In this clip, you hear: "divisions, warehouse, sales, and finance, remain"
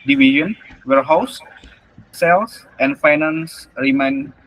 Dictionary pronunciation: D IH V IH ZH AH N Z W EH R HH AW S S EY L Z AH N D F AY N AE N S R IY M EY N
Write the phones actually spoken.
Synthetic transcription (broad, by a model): D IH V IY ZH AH N W EH R HH AW S S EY L S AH N F AY N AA N S R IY M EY N